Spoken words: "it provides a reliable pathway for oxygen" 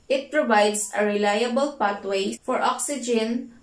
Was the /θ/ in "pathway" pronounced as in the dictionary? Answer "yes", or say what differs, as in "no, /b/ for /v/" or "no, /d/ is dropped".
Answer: no, /t/ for /θ/